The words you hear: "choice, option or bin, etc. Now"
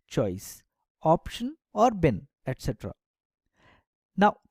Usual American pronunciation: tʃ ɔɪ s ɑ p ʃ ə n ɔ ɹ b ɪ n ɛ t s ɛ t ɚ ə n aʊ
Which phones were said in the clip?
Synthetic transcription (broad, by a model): tʃ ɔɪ s ɑ p ʃ ə n ɔ ɹ b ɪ n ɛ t s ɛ t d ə n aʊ